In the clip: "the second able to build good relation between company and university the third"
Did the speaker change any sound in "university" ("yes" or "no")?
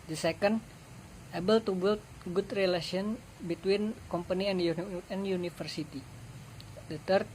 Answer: yes